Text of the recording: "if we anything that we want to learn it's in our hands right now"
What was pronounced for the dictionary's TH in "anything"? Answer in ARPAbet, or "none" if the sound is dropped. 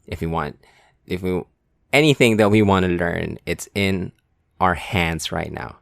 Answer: TH